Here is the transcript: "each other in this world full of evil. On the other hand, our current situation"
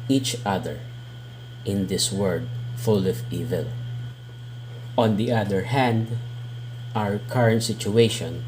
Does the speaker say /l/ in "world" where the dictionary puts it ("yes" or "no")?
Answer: no